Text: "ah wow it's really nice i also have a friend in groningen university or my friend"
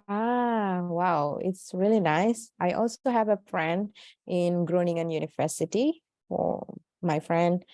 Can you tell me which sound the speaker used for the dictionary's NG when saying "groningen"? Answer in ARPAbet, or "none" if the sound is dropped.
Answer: NG